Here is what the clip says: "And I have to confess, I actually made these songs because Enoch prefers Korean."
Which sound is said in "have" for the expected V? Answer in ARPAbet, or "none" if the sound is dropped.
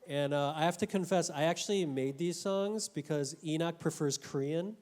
F